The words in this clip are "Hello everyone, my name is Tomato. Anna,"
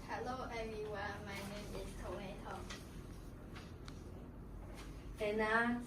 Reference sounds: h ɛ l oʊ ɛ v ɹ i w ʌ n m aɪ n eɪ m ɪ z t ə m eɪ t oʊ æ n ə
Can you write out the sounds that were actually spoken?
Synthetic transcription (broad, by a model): h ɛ l oʊ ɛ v i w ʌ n m aɪ n eɪ m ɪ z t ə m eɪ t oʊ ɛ n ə